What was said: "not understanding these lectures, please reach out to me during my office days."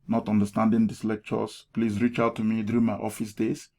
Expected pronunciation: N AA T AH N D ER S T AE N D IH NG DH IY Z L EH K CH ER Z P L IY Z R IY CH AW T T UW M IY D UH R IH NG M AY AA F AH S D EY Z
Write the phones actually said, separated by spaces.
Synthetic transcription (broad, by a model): N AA T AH N D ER S T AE N D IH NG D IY S L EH K CH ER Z P L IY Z R IY CH AW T T UW M IY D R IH M AY AA F AH S D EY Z